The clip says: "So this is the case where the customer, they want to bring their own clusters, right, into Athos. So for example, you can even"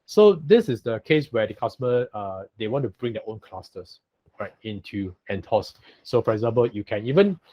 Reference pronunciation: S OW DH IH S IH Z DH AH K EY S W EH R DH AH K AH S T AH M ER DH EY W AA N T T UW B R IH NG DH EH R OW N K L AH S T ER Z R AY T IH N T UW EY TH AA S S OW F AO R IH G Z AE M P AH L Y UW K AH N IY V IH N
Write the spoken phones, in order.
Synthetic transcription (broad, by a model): S OW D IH S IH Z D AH K EY S W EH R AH K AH S T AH M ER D EY W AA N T T UW B R IH NG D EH OW N K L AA S T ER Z R AY T IH N T UW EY T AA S S OW F AO R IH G Z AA M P AH L Y UW K AH N IY V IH N